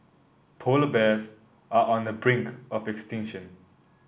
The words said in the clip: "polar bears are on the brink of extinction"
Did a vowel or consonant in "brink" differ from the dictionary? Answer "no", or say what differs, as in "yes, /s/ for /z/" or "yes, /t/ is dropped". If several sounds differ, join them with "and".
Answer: no